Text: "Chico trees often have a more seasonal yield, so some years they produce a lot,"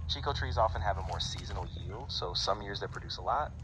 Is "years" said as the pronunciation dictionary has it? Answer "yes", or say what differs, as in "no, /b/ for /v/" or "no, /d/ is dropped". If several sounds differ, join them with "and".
yes